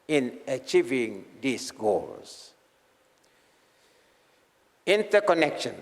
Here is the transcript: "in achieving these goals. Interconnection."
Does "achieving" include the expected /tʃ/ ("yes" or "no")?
yes